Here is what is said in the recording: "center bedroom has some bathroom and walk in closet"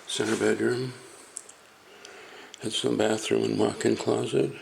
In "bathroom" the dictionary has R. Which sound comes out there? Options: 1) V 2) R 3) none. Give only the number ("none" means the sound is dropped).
2